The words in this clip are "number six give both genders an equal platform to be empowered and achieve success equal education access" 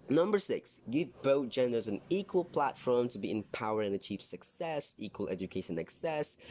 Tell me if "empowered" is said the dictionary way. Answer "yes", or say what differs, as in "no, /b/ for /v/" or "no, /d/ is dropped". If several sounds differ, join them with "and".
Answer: no, /d/ is dropped